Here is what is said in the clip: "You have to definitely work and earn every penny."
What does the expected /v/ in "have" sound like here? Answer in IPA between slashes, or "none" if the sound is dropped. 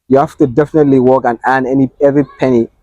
/f/